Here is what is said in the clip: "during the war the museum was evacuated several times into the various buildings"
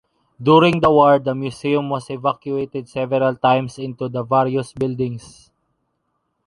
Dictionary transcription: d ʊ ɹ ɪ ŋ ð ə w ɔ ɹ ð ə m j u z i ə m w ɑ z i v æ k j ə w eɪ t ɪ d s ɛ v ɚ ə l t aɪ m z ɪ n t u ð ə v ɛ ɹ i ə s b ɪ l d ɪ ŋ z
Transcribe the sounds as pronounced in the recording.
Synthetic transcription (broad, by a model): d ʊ ɹ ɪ ŋ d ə w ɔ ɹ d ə m j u s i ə m w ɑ s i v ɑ k j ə eɪ t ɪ d s ɛ v ɚ ə l t aɪ m s ɪ n t u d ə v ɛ ɹ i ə s b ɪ l d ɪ ŋ s